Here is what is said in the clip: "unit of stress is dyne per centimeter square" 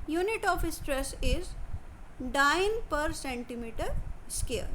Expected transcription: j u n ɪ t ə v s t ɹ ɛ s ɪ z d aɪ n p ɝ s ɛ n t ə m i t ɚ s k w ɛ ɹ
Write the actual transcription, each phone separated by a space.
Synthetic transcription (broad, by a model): j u n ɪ t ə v s t ɹ ɛ s ɪ z d aɪ n p ɝ s ɛ n t ə m i t ɚ s k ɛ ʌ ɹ